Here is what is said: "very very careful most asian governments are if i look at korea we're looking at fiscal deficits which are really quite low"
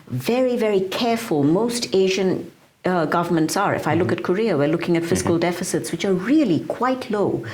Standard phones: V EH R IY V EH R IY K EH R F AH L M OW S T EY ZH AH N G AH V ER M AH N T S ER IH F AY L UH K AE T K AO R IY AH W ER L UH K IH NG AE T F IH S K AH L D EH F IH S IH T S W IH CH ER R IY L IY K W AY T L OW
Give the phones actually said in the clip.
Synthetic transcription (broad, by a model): V EH R IY V EH R IY K EH R F AH L M OW S T EY ZH AH N G AH V ER M AH N T S ER IH F AY L UH K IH T K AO R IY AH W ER L UH K IH NG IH T F IH S K AH L D EH F IH S IH T S W IH CH ER R IY L IY K W AY T L OW